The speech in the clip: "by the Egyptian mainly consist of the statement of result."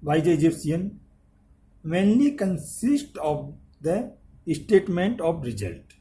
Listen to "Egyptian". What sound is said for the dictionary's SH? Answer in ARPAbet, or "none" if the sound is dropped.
S